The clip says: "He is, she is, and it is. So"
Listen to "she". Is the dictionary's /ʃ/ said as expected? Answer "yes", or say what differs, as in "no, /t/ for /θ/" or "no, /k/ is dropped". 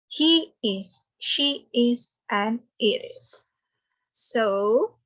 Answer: yes